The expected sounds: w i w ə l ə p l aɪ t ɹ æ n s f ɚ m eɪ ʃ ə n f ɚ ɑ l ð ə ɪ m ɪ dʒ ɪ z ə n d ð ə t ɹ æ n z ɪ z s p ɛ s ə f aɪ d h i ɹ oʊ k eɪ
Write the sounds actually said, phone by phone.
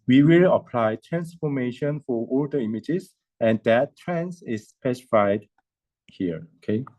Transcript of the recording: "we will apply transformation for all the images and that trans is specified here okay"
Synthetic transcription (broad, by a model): w i w ə l ə p l aɪ t ɹ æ n s f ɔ m eɪ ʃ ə n f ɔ ɑ l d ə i m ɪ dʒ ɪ s ə n d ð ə t ɹ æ n s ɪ s p ɛ s ə f aɪ d h i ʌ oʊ k eɪ